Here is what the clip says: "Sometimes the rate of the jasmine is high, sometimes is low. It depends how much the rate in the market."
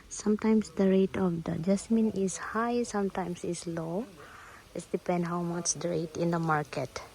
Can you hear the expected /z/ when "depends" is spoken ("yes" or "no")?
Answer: no